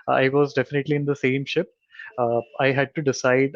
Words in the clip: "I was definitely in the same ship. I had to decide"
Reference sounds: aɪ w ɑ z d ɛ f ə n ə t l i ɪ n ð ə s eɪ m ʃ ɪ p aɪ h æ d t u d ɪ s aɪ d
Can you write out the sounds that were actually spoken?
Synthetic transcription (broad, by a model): aɪ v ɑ z d ɛ f ə n ə t l i ɪ n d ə s eɪ m ʃ ɪ p aɪ h æ d t u d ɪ s aɪ d